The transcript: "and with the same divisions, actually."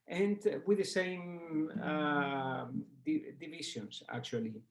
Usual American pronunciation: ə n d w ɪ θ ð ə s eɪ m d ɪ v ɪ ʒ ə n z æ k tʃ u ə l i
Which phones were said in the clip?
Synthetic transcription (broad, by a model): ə n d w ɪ ð ə s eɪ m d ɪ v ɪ ʃ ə n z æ k tʃ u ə l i